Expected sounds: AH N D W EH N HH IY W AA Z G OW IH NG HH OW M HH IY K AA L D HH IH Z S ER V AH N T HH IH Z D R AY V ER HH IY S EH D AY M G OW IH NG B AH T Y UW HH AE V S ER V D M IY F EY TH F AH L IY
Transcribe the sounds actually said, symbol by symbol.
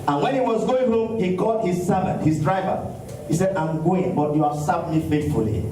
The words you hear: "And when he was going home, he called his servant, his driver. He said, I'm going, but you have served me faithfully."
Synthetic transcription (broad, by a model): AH N W EH N HH IY W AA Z G OW IH NG HH OW M HH IY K AA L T HH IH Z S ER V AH N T HH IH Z D R AY V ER HH IY S EH D AY M G OW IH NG B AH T Y UW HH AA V S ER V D M IY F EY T F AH L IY